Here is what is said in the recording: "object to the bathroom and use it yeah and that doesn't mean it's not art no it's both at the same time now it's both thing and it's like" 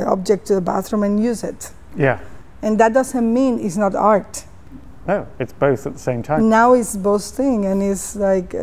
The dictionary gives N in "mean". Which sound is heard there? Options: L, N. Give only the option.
N